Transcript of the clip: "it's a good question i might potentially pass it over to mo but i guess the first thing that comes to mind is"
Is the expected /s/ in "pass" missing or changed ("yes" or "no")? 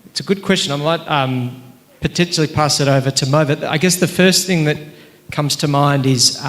no